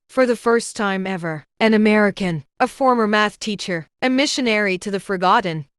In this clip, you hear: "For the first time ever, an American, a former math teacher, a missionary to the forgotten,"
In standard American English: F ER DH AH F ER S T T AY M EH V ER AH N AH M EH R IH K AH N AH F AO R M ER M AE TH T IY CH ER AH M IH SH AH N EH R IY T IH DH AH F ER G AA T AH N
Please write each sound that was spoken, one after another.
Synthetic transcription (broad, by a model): F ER DH AH F ER S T T AY M EH V ER AH N AH M EH R IH K AH N AH F AO R M ER M AE TH T IY CH ER AH M IH SH AH N EH R IY T IH DH AH F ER G AA T N